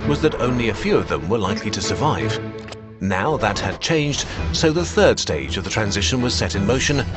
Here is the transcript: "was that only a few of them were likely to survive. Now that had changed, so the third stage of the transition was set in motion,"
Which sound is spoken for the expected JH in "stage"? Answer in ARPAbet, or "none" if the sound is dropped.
JH